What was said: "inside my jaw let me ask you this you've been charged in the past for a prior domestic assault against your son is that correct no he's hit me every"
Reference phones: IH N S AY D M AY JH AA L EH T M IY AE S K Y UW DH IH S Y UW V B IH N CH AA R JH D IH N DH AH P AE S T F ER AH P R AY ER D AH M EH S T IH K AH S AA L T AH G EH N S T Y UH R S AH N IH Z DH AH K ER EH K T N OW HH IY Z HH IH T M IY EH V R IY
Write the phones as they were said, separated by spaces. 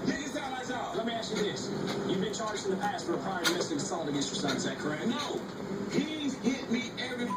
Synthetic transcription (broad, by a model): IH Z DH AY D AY Z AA L EH T M IY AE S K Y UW DH IH S Y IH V B IH N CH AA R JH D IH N DH AH P AE S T F ER AH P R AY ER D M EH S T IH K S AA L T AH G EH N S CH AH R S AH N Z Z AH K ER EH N N OW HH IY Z HH IH T M IY EH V R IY